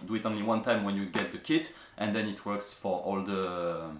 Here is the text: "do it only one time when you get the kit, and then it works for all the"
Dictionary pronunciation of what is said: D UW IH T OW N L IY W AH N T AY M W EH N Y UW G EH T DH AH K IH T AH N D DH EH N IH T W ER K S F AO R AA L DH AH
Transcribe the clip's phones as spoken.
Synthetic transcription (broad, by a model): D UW IH T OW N L IY W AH N T AY M W EH N Y UW G EH T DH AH K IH T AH N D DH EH N IH T W ER K S F AO R AA L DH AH